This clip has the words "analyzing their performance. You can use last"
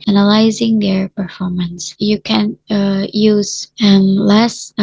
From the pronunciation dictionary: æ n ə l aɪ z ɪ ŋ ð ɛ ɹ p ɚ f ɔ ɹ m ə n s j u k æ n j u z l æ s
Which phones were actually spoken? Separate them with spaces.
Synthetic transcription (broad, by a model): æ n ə l aɪ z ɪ ŋ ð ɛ ɹ p ɚ f ɔ ɹ m ə n s j u k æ n j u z l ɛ s